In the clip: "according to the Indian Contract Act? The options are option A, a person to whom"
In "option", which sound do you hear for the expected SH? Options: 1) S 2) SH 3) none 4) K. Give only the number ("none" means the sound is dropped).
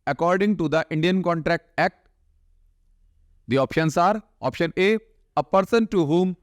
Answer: 2